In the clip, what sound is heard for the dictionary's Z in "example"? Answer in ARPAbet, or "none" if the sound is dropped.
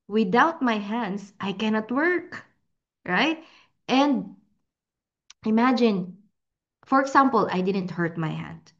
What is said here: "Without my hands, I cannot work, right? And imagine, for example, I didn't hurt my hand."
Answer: S